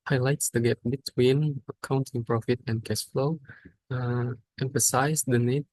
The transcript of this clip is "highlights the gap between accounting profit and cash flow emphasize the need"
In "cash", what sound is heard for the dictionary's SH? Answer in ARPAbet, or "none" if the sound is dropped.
S